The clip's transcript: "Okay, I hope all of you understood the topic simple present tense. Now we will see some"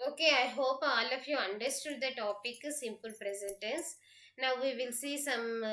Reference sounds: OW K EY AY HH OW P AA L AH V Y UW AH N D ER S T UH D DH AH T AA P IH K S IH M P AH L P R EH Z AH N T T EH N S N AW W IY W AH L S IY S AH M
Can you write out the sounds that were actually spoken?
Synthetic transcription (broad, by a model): OW K EY AY HH OW P AA L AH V Y UW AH N D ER S T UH D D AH T AA P IH K S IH M P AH L P R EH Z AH N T T EH N S N AW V IY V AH L S IY S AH M